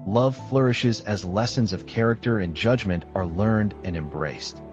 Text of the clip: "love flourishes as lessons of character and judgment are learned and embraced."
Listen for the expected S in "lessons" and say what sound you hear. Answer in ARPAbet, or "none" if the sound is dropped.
S